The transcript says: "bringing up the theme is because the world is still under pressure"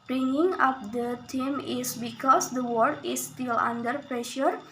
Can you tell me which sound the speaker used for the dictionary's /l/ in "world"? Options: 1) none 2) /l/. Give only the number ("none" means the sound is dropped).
1